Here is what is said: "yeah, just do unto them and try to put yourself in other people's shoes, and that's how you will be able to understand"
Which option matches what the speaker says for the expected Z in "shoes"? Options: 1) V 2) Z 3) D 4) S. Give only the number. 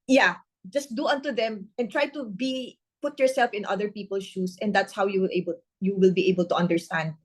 4